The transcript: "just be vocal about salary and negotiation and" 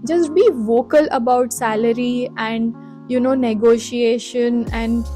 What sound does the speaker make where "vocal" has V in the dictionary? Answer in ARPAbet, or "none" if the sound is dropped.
V